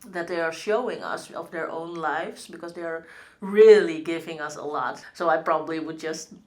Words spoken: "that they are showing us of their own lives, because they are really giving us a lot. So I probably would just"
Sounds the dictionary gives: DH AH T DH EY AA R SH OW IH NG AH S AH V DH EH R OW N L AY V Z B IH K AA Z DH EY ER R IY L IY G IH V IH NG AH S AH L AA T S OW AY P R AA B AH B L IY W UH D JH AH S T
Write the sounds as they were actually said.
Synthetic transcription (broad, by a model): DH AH T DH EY AA R SH OW IH NG AH S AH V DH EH R OW N L AY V S B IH K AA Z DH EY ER R IY L IY G IH V IH NG AH S AH L AA T S OW AY P R AA B AH B L IY W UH D JH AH S T